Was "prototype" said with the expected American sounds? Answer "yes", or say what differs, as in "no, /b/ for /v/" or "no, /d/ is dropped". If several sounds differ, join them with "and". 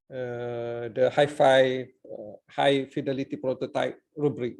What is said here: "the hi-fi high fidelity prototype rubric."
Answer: yes